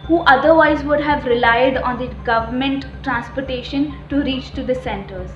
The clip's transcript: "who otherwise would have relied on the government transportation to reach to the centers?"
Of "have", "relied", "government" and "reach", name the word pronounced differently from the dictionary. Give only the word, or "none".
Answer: none